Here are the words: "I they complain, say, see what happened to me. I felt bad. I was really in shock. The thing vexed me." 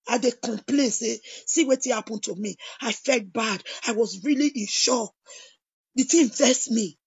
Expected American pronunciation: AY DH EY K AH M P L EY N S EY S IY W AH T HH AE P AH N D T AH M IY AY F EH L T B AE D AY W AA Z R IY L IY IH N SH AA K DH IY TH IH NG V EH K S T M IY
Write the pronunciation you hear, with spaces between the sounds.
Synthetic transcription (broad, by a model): AY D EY K AH M P L EY N S EY S IY W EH T HH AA P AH N T AH M IY AY F EH L T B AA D AY W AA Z R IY L IY IH N SH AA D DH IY T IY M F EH S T M IY